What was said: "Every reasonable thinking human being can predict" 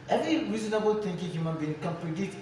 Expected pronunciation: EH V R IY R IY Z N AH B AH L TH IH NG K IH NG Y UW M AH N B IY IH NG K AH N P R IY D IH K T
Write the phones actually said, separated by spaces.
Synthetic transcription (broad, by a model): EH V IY R IY Z N AH B AH L T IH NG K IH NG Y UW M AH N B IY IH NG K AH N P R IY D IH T